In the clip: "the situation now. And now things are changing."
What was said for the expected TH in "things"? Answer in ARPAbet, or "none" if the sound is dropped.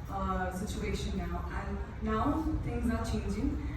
T